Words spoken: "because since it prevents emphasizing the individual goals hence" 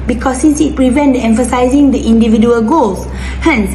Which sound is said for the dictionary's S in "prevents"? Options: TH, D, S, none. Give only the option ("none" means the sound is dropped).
none